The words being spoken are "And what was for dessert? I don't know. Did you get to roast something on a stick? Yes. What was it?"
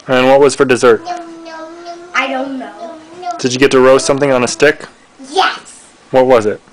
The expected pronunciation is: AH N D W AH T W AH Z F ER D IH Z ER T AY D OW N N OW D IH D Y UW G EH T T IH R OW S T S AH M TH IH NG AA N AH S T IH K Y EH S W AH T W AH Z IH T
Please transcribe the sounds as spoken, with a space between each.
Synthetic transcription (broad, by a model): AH N W AH T W AH Z F ER D IH Z ER T AY D OW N N OW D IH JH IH G EH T T IH R OW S S AH M TH IH NG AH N AH S T IH K Y EH S W AH T W AH Z IH T